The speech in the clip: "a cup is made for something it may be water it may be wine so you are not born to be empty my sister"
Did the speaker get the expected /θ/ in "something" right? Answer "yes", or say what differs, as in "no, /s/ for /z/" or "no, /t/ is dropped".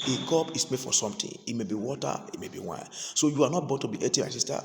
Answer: no, /t/ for /θ/